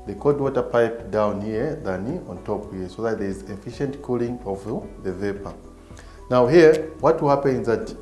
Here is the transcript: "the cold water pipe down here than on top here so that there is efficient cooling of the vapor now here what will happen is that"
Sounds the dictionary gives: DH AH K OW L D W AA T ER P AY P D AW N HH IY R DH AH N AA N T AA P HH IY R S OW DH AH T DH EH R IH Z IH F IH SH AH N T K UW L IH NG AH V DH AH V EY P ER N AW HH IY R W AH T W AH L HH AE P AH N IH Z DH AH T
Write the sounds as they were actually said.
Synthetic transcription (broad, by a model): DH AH K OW D W AA T ER P AY P D AW N HH IY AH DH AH N AA N T AA P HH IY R S OW DH AH T DH EH R IH Z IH F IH SH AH N T K UW L IH NG AH V DH AH V EY P ER N AW HH IY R W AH T W AH L HH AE P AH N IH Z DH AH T